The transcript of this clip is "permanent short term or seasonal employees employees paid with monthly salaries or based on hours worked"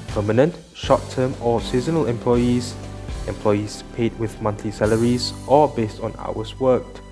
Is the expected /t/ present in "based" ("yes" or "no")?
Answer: yes